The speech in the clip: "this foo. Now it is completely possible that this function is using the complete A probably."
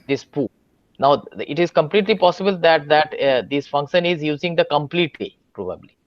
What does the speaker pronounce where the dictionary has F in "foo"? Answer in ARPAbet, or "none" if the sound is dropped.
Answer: P